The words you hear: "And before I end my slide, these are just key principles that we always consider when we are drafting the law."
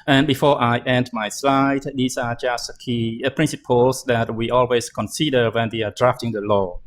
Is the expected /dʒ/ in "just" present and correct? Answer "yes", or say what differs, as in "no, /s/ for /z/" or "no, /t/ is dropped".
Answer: yes